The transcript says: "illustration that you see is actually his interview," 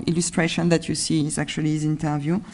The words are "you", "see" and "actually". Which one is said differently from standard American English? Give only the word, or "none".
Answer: actually